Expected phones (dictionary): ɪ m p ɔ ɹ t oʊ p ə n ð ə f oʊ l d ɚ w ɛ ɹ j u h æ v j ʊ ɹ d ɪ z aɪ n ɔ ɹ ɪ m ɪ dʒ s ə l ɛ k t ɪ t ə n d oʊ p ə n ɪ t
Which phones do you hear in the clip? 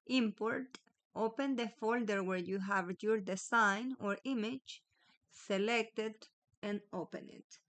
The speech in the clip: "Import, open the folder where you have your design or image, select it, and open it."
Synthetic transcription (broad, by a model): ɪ m p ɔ ɹ t oʊ p ə n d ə f oʊ l d ɚ w ɛ ɹ j u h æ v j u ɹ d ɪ s aɪ n ɔ ɹ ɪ m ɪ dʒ s ə l ɛ k t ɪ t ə n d oʊ p ə n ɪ t